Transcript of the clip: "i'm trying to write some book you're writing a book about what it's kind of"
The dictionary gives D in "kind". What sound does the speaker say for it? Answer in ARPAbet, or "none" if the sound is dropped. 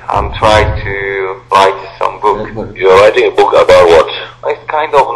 D